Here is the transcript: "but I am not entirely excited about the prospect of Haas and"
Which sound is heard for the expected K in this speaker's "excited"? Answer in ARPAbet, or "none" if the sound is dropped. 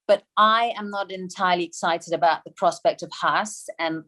K